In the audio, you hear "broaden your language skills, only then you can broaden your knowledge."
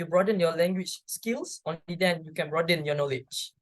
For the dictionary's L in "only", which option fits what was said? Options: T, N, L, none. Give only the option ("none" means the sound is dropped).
none